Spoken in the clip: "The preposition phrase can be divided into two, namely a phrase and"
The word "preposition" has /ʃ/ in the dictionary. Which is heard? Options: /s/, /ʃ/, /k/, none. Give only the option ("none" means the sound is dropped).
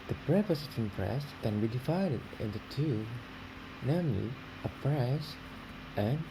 /s/